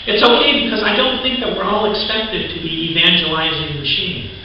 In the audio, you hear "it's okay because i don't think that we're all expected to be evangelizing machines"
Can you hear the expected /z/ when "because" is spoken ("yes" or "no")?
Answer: yes